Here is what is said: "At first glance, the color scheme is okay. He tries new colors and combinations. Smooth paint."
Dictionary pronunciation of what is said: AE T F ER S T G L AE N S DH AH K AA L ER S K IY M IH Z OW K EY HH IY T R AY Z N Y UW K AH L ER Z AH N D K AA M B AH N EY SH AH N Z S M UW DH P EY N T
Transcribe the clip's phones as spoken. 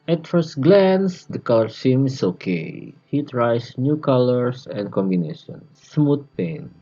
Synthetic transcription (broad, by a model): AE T F ER S T G L AE N S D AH K AA L ER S IY M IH S OW K EY HH IY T R AY S N Y UW K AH L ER S AH N D K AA M B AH N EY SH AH N S M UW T P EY N